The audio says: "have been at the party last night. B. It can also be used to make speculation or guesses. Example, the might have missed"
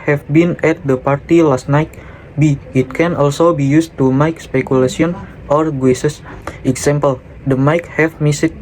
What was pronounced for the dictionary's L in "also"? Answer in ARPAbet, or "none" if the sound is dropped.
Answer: L